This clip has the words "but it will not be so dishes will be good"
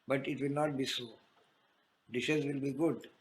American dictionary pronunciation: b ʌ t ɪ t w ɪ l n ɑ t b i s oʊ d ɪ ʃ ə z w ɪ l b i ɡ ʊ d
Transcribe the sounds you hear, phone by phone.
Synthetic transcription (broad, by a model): b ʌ t ɪ t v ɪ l n ɑ t b i s oʊ d ɪ ʃ ə z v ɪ l b i ɡ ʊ d